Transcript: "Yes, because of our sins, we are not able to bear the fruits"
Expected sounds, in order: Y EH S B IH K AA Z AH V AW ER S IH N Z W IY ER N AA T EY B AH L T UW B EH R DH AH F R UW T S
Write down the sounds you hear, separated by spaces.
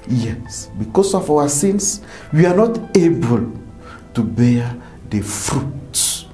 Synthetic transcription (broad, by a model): Y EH S B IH K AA S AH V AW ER S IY N S W IY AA N AA T EY B AH L T UW B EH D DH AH F R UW T